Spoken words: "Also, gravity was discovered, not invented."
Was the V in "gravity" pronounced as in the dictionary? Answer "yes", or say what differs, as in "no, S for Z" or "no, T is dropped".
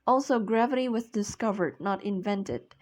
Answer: yes